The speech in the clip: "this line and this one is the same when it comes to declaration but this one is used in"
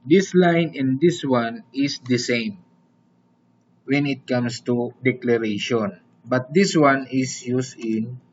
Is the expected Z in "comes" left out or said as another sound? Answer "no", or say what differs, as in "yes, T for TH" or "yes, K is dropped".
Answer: yes, S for Z